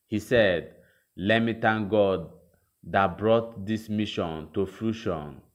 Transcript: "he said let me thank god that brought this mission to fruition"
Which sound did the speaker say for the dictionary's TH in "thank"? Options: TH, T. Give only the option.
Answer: T